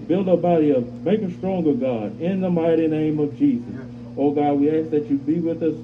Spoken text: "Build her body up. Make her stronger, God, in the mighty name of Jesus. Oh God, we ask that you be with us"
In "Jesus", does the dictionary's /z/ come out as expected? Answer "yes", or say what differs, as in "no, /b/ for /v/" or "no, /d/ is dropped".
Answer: yes